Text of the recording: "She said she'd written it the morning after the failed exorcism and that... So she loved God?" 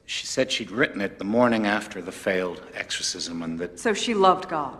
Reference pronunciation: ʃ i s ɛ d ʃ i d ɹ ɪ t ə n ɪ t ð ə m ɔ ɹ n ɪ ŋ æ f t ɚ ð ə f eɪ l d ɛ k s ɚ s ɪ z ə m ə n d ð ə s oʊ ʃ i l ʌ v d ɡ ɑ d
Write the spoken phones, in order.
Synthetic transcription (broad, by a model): ʃ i s ɛ d ʃ i d ɹ ɪ t n ɪ t ð ə m ɔ ɹ n ɪ ŋ æ f t ɚ ð ə f eɪ l d ɛ k s ɚ s ɪ z ə m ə n ð ə s oʊ ʃ i l ʌ v d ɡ ɑ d